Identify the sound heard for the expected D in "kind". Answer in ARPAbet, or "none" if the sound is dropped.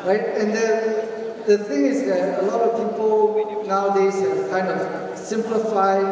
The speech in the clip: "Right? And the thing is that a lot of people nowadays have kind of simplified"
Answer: D